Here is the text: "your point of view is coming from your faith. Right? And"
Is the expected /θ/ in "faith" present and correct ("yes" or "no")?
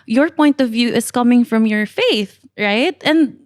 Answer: yes